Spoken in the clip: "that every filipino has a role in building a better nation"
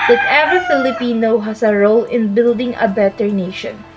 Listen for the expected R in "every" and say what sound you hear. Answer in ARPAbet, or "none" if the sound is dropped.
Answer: none